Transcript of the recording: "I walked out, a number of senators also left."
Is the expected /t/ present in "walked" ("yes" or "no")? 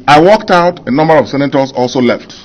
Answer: yes